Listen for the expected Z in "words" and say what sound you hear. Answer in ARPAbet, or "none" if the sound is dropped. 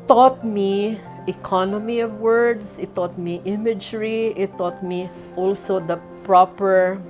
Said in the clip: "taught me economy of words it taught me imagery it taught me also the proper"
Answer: S